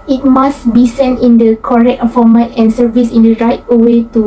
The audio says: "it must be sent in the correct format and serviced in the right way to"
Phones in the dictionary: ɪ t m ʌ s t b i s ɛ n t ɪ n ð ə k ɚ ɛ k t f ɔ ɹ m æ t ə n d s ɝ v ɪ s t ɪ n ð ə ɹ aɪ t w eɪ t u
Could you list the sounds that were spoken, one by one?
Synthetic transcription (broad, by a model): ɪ t m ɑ s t b i s ɛ n t ɪ n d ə k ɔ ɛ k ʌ f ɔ m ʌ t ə n s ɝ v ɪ s ɪ n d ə ɹ aɪ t w eɪ t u